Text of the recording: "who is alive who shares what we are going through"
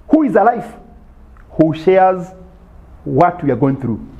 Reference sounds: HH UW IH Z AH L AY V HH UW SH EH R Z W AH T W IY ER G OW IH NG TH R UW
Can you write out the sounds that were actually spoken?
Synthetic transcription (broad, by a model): HH UW IH Z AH L AY F HH UW SH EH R Z W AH T W IY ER G OW IH NG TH R UW